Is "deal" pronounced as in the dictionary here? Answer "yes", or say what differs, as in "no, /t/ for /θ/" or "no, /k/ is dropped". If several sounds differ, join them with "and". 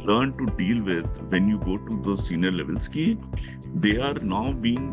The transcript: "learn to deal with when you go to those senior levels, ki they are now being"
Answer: yes